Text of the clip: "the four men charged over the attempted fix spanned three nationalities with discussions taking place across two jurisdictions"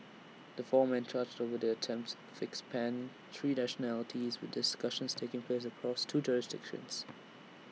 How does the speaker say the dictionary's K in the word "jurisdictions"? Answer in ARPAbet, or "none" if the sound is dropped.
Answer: K